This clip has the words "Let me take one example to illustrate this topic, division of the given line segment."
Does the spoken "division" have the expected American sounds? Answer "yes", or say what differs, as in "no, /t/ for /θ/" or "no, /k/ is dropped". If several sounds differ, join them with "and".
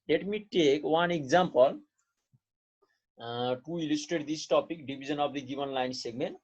no, /b/ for /v/ and /z/ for /ʒ/